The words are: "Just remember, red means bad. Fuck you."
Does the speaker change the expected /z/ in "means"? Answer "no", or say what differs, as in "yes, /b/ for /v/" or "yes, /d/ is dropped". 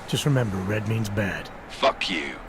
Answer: no